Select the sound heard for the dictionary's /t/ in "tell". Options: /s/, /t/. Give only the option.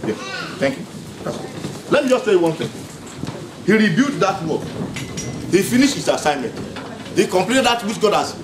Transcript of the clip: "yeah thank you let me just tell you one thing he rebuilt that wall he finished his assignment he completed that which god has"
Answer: /s/